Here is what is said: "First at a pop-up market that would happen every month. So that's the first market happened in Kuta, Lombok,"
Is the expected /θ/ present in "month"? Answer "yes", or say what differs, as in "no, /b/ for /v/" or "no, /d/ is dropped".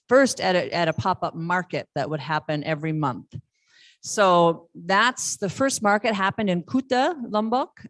yes